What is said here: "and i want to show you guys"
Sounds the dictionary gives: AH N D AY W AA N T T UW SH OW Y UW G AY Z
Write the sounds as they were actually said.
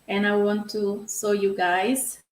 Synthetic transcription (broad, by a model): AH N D AY W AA N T T UW S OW Y UW G AY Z